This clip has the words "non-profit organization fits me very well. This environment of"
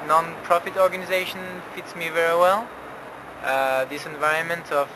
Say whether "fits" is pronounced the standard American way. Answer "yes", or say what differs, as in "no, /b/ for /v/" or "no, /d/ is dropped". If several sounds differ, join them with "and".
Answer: yes